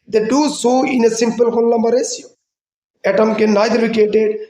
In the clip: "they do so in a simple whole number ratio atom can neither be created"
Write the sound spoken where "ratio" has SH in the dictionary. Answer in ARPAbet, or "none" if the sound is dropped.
S